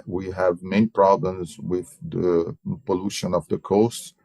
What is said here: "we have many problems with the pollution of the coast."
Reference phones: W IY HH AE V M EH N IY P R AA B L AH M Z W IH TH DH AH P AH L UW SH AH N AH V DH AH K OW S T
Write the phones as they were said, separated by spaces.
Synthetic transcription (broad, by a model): W IY HH AE V M EH N IY P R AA B L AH M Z W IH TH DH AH P AH L UW SH AH N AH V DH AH K OW S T